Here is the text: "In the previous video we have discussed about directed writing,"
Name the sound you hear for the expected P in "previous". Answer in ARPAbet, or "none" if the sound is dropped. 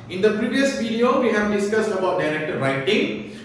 P